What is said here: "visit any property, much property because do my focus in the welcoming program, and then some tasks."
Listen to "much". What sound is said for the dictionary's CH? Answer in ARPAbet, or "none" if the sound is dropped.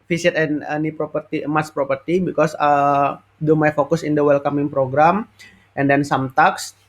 S